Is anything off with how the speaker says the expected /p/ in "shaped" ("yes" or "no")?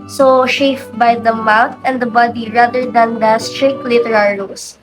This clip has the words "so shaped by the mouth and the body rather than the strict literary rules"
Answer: yes